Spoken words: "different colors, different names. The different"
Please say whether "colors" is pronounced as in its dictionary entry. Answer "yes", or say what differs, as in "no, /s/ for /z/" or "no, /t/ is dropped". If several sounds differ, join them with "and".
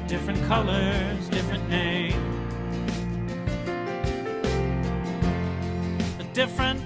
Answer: yes